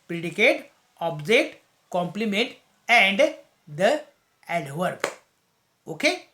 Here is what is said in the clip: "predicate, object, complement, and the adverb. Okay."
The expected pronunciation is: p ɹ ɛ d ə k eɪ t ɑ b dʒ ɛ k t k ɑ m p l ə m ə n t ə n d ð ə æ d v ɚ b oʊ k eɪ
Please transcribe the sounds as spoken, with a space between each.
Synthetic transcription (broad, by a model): p ɹ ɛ d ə k eɪ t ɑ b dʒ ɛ t k ɑ m p l ə m ə n t ə n d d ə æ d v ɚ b oʊ k eɪ